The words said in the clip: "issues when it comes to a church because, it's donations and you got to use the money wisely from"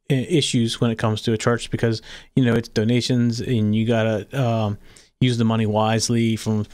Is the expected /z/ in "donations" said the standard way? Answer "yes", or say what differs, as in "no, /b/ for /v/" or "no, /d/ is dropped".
yes